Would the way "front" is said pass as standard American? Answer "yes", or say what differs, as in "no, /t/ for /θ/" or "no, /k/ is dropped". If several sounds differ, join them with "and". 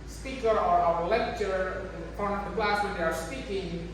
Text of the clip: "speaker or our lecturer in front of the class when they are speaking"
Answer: no, /ɹ/ is dropped and /t/ is dropped